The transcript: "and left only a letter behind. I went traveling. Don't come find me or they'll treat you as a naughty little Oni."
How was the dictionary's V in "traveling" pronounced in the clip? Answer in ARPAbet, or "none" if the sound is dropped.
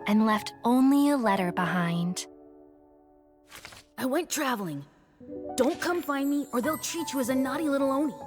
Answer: V